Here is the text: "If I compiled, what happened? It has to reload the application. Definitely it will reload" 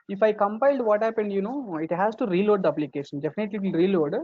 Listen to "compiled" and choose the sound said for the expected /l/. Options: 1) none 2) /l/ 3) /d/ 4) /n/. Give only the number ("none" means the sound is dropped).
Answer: 2